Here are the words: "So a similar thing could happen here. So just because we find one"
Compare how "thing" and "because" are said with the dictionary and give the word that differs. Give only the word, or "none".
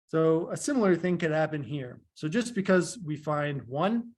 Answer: none